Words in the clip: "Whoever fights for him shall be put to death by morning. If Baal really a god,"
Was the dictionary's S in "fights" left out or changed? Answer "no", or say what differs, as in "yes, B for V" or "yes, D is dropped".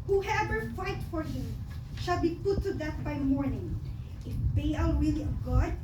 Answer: yes, S is dropped